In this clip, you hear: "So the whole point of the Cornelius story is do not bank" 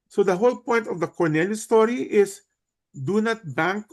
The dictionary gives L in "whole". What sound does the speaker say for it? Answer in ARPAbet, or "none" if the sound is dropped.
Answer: L